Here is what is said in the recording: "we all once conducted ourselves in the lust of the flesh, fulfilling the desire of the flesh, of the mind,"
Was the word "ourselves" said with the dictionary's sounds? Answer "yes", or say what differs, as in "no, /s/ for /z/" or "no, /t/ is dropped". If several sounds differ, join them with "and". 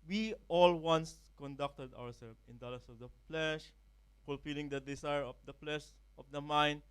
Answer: no, /z/ is dropped